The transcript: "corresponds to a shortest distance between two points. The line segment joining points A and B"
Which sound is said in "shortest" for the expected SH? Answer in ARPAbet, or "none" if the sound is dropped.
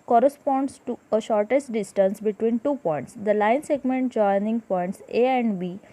SH